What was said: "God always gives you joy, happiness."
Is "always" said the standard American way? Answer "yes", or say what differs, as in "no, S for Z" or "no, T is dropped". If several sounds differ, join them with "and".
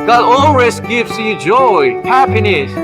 no, S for Z